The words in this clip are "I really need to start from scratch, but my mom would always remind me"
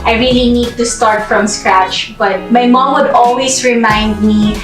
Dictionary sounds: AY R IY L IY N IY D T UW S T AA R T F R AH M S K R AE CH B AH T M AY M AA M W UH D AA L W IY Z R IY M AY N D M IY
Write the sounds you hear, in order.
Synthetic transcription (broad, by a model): AY R IY L IY N IY D T UW S T AA R T F R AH M S K R AE CH B AH T M AY M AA M W UH D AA L W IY S R IY M AY N D M IY